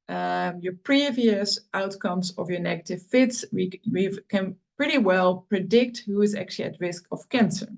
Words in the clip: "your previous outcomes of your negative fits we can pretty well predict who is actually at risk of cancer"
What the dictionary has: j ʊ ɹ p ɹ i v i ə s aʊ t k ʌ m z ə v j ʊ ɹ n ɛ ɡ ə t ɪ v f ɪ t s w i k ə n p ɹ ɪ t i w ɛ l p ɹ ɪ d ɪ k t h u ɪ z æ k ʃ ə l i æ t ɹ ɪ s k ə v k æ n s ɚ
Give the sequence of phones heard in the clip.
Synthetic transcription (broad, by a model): j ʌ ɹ p ɹ i v i ə s aʊ t k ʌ m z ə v j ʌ ɹ n ɛ ɡ ə t ɪ v f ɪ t s w i k ə n p ɹ ɪ t i w ɛ l p ɹ ɪ d ɪ k t h u ɪ z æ k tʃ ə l i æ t ɹ ɪ s k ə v k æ n s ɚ